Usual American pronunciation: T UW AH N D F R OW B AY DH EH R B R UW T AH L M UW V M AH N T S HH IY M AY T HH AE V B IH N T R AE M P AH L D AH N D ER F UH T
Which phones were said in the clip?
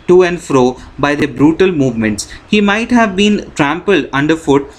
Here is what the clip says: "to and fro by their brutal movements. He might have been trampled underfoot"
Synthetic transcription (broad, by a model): T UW AH N D F R OW B AY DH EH B R UW T AH L M UW V M AH N T S HH IY M AY T HH AE V B IH N T R AE M P AH L D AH N D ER F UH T